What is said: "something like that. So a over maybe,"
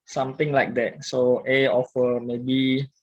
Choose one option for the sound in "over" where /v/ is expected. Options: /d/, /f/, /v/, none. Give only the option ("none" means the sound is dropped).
/f/